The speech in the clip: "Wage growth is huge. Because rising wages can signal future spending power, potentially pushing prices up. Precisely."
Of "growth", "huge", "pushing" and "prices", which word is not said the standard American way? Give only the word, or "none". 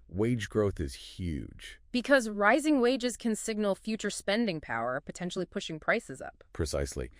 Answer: none